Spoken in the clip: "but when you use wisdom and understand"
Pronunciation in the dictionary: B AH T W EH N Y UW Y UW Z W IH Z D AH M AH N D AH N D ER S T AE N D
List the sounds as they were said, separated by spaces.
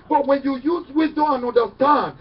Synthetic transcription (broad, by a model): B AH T W EH N Y UW Y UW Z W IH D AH AH N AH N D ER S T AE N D